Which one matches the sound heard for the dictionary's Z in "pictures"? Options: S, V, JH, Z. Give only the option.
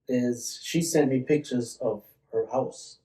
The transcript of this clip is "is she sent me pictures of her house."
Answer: Z